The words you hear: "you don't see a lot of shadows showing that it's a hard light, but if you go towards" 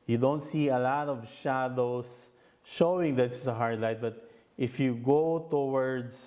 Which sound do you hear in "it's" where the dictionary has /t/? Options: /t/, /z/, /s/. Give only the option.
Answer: /s/